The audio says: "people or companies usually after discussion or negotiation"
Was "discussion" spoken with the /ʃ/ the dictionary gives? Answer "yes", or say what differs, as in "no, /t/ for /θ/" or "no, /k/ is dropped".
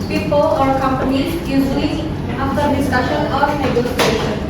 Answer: yes